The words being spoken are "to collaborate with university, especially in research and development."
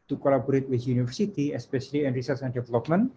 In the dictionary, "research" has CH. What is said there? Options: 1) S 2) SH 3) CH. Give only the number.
1